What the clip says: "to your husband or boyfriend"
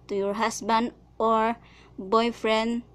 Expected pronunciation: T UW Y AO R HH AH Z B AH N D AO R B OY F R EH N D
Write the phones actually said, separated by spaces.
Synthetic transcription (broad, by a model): T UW Y AO R HH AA S B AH N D AO R B OY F R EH N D